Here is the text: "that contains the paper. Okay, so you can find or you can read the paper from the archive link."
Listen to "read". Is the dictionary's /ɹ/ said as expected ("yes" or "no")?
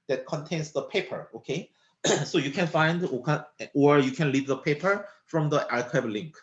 no